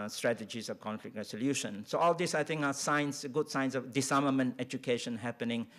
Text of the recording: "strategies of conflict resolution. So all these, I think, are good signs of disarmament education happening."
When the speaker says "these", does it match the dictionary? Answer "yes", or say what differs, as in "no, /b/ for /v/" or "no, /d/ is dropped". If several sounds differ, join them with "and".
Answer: no, /s/ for /z/